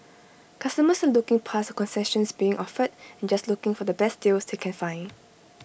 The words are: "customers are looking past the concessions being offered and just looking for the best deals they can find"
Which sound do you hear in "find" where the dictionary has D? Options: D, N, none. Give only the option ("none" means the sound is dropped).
none